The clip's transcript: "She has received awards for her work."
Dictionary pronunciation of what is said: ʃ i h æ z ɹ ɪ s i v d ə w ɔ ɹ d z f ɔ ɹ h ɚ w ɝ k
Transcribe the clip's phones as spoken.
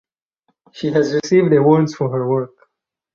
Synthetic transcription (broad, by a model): ʃ i h æ z ɹ ɪ s i v d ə w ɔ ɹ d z f ɔ ɹ h ɚ w ɝ k